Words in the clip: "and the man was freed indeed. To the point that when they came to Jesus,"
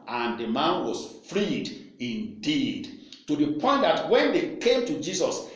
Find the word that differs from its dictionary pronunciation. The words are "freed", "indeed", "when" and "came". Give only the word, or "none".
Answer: none